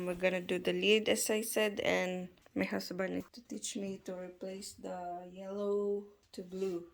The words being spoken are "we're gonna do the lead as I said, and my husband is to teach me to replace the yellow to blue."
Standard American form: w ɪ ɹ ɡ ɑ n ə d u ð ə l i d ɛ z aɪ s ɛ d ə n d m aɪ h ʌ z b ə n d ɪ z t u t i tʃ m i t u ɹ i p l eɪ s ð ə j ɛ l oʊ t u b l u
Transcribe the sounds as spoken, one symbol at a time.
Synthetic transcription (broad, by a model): w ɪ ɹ ɡ ɑ n ə d u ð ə l i d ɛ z aɪ s ɛ d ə n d m aɪ h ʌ s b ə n ɪ t u t i tʃ m i t u ɹ i p l eɪ s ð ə j ɛ l oʊ t u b l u